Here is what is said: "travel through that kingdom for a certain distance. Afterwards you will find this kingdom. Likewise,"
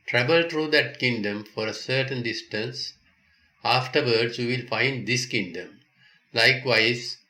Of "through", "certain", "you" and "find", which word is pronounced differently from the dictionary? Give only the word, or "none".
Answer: through